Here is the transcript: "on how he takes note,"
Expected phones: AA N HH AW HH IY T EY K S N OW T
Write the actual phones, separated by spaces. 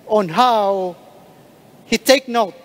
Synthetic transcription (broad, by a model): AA N HH AW HH IY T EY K N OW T